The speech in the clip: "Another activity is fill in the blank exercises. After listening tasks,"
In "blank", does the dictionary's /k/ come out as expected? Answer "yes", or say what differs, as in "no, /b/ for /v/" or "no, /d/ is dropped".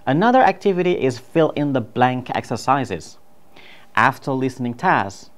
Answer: yes